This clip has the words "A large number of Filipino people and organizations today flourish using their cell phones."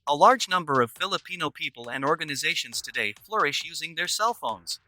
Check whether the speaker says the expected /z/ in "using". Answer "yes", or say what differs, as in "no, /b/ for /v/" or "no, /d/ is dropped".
yes